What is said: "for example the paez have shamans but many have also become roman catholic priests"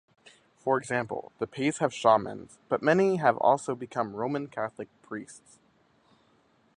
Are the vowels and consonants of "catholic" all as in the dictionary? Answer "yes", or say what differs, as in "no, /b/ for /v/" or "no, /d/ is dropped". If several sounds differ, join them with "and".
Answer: yes